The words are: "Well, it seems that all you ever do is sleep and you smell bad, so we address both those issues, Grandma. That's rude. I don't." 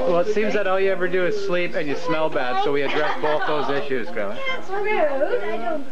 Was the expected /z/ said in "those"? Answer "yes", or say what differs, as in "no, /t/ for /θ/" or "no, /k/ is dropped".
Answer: yes